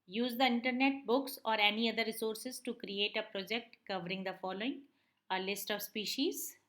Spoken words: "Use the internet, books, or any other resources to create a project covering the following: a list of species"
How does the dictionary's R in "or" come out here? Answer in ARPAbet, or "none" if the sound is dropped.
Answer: R